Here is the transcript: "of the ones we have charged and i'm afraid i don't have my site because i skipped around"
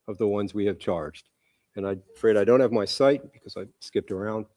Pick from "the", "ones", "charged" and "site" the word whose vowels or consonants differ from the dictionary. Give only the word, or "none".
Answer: none